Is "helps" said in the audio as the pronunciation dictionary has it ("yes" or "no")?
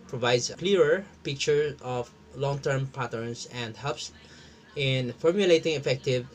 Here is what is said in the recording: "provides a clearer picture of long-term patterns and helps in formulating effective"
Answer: no